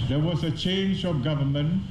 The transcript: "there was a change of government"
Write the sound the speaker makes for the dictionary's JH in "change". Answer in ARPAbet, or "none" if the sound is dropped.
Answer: JH